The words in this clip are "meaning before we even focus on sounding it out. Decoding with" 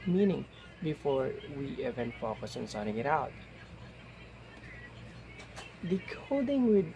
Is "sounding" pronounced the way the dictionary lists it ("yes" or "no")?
no